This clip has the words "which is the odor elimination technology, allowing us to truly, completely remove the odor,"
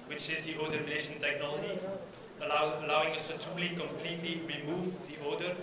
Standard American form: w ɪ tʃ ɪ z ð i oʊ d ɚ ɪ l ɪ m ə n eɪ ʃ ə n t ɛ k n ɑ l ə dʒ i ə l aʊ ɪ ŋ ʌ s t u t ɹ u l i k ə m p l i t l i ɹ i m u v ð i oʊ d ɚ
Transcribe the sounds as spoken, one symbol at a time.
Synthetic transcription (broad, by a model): w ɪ tʃ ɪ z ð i oʊ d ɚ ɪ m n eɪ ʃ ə n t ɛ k n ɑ l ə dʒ i ə l aʊ ɪ ŋ ʌ s t u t u l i k ə m p l i t l i ɹ i m u v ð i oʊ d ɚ